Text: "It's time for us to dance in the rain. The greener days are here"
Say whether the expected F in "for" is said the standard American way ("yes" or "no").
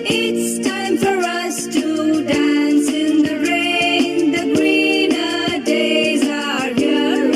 yes